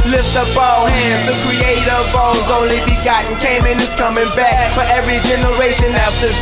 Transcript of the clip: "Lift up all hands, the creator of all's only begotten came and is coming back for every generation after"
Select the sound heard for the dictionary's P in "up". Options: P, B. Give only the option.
B